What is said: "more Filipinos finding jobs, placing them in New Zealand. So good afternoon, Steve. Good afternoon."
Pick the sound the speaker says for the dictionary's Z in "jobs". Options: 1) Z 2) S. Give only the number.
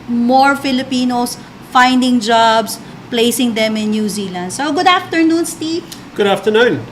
2